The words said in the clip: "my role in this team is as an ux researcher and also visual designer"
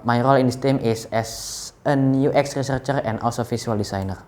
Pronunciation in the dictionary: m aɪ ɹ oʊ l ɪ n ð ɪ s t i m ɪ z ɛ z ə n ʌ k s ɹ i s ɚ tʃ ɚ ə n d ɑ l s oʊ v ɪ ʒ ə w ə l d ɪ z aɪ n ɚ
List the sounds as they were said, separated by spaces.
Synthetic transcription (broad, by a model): m aɪ ɹ oʊ l ɪ n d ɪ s t i m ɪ s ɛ s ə n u k s ɹ i s ɚ tʃ ɚ ə n d ɑ l s oʊ f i s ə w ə l d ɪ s aɪ n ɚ